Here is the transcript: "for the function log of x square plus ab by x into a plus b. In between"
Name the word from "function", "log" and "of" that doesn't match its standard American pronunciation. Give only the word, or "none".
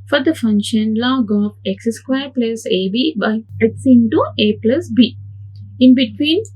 of